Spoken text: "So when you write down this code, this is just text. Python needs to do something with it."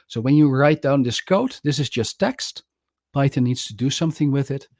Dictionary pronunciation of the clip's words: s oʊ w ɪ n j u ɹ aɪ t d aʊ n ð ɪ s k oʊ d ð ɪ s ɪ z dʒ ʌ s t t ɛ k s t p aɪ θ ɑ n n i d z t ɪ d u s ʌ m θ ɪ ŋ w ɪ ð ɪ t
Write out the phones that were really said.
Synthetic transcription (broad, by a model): s oʊ w ɪ n j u ɹ aɪ t d aʊ n ð ɪ s k oʊ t ð ɪ s ɪ z dʒ ʌ s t t ɛ k s t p aɪ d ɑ n n i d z t ɪ d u s ʌ m θ ɪ ŋ w ɪ ð ɪ t